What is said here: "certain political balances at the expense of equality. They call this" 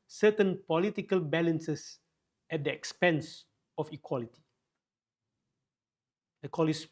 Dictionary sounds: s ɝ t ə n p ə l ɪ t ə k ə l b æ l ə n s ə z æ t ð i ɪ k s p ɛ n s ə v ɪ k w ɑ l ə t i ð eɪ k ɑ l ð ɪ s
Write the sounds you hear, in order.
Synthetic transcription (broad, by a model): s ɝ t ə n p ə l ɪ t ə k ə l b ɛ l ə n s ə s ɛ t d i ɪ k s p ɛ n s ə f ɪ k w ɑ l ə t i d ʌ k ɑ l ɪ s